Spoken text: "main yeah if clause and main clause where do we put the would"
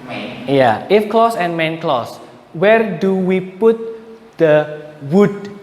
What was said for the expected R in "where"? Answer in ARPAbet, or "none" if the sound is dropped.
R